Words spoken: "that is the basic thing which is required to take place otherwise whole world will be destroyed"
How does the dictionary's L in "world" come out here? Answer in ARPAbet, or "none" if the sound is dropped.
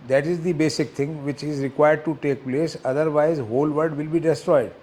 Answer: none